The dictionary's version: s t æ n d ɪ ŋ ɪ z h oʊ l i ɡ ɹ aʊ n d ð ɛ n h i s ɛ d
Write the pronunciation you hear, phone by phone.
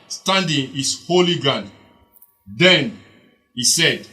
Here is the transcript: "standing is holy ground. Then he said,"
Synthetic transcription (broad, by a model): s t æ n d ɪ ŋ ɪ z h oʊ l i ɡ aʊ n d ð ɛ n h i s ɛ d